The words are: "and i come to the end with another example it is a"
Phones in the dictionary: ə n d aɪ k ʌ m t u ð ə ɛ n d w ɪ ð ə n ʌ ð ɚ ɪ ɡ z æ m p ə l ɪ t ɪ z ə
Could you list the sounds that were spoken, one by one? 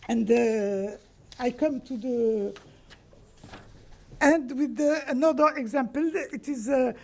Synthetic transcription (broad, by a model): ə n d aɪ k ʌ m t u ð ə ɛ n d w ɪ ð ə n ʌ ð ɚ ɪ ɡ z æ m p ə l ɪ t ɪ z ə